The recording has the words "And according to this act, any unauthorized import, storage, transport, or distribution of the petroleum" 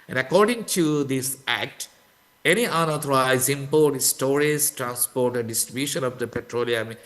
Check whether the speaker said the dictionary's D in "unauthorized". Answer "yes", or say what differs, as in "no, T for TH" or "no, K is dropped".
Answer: no, D is dropped